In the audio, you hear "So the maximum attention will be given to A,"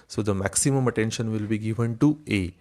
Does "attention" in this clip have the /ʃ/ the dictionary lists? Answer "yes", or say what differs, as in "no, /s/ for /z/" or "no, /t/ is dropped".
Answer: yes